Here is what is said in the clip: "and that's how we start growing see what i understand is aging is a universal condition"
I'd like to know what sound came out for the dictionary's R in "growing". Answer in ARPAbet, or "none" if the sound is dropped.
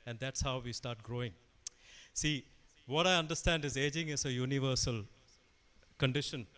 R